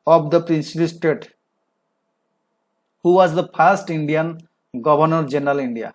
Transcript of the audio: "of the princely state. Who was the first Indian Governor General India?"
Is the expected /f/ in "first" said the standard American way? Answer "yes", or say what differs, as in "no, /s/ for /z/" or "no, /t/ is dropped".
no, /p/ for /f/